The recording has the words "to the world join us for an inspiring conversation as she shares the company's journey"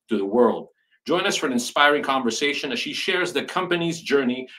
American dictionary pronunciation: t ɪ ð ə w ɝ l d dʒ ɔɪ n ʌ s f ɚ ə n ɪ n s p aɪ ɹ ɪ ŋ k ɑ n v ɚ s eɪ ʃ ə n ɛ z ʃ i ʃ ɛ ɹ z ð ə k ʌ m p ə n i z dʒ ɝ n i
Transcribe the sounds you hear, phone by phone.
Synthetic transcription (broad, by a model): t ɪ ð ə w ɝ l d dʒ ɔɪ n ʌ s f ɚ ə n ɪ n s p aɪ ɹ ɪ ŋ k ɑ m v ɚ s eɪ ʃ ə n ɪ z ʃ i ʃ ɛ ɹ z ð ə k ʌ m p ə n i z dʒ ɝ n i